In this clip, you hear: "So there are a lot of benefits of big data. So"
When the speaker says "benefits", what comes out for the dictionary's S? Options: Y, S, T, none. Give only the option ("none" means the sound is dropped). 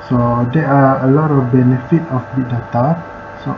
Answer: none